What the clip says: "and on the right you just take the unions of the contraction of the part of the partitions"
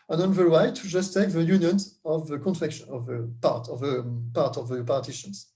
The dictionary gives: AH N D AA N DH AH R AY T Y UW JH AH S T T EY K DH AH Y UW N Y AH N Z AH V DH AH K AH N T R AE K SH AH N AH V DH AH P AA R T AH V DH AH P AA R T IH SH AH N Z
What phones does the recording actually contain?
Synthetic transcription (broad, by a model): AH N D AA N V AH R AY T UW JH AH S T T EY K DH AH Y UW N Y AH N AH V DH AH K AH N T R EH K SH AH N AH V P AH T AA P T AH V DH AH P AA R T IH SH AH N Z